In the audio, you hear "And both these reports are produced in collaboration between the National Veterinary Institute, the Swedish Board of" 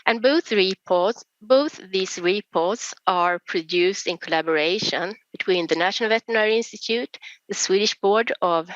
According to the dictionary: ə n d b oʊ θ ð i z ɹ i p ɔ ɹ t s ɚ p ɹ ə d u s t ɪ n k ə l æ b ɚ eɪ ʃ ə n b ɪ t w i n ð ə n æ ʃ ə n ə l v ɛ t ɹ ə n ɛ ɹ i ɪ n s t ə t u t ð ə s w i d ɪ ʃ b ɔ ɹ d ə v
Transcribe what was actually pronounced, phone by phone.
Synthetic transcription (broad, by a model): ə n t b oʊ θ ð i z ɹ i p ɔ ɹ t s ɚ p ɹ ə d u s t ɪ n k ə l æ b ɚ eɪ ʃ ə n b ɪ t w i n ð ə n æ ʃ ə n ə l v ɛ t ə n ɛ ɹ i ɪ n s t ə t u t ð ə s w i d ɪ ʃ b ɔ ɹ d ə v